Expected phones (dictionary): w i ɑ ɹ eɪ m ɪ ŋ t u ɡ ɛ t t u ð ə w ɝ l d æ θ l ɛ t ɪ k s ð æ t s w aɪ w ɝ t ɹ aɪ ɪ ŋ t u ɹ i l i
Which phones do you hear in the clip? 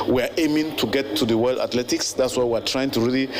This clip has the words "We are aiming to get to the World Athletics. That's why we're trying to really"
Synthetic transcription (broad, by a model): w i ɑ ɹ eɪ m ɪ ŋ t u ɡ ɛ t t u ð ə w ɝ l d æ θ l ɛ t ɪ k s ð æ t s w aɪ w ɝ t ɹ aɪ ɪ ŋ t u ɹ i l i